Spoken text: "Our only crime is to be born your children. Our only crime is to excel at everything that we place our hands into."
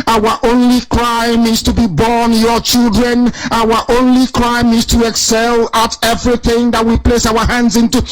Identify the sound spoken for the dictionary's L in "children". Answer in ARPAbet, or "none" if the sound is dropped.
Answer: L